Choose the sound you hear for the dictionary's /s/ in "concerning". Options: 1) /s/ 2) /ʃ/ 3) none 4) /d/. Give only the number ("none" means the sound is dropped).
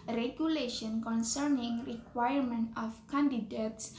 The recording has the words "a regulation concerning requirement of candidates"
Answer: 1